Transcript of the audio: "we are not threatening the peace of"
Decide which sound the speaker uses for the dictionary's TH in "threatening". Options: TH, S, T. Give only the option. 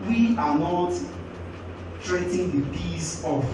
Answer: T